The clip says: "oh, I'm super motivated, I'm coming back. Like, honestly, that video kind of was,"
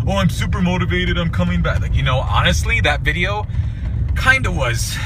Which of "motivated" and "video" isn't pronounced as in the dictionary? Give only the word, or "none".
none